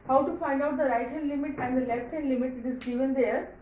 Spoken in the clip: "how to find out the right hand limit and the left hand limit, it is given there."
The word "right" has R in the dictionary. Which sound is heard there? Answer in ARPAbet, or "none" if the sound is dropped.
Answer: R